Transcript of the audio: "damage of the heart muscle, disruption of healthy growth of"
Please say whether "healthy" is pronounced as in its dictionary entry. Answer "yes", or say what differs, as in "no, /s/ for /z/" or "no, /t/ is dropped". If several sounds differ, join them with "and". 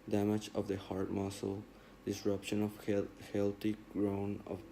no, /t/ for /θ/